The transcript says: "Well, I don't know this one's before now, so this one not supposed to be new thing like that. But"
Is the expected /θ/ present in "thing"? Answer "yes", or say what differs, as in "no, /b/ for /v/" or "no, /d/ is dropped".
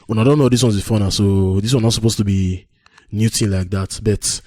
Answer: no, /t/ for /θ/